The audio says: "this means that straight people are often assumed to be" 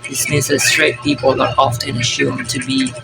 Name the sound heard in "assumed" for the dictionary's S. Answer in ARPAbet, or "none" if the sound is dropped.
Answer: SH